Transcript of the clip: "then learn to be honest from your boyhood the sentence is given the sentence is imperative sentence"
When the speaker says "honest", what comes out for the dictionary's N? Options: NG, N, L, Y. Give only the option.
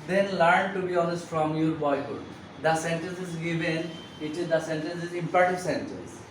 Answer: L